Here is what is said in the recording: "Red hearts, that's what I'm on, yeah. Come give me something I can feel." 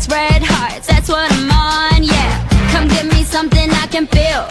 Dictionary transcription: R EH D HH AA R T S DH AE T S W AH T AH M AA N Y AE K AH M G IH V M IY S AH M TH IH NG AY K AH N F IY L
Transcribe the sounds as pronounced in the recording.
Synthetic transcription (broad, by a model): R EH D HH AA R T DH AE T S W AH T AH M AA N Y AE K AH M G IH V M IY S AH M TH IH NG AY K AH N F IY L